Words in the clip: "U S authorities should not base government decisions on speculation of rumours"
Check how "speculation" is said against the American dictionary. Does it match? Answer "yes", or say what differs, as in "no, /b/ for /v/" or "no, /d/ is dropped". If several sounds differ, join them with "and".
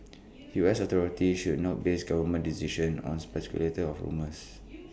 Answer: no, /n/ is dropped